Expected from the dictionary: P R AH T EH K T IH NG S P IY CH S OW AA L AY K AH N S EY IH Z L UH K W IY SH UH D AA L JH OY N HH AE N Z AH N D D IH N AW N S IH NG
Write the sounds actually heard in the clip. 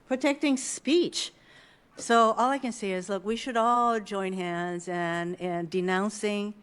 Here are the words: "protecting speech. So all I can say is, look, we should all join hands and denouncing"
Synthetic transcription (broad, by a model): P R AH T EH K T IH NG S P IY CH S OW AA L AY K AH N S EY IH Z L UH K W IY SH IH D AA L JH OY N HH AE N Z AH N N D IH N AW N S IH NG